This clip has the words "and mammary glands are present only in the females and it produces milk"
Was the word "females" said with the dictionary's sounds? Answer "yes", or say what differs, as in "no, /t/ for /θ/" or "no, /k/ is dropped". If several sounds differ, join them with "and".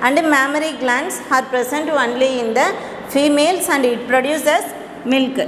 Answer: no, /s/ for /z/